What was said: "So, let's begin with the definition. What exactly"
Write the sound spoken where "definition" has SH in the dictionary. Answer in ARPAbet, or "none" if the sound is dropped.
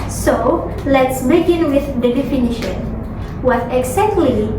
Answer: SH